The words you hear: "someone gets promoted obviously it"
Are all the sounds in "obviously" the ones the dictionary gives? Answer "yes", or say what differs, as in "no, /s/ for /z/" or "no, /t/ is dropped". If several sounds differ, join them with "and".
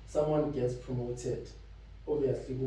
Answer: no, /l/ is dropped